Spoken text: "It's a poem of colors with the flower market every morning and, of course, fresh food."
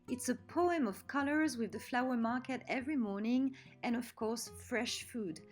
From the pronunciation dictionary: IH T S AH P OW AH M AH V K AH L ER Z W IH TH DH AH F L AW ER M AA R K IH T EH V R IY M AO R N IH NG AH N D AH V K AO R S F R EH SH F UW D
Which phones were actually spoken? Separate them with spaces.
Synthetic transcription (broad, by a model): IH T S AH P OW AH M AH V K AH L ER Z W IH DH AH F L AW ER M AA R K IH T EH V R IY M AO R N IH NG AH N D AH V K AO R S F R EH SH F UW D